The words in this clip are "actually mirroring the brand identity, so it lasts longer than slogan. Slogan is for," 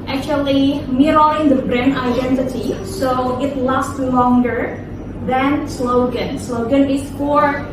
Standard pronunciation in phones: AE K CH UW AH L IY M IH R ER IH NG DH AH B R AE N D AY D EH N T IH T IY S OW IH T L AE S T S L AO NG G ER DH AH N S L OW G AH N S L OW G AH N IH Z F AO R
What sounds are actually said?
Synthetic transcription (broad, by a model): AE K CH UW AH L IY M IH R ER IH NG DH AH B R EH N AY D EH N T IH T IY S OW IH T L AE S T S L AO NG G ER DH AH N S L OW G AH N S L OW G AH N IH S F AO R